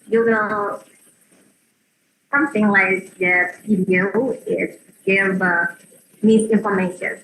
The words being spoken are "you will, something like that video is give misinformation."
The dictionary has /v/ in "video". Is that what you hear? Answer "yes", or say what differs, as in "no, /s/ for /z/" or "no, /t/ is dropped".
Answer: no, /p/ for /v/